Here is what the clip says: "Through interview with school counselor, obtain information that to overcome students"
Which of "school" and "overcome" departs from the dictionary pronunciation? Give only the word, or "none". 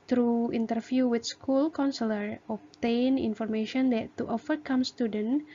overcome